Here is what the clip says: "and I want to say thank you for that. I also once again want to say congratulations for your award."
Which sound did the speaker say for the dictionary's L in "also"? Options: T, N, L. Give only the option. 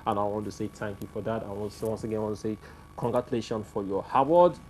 N